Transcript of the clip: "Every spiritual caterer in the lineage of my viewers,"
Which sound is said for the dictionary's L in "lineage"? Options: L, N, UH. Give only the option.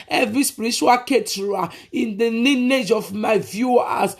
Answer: N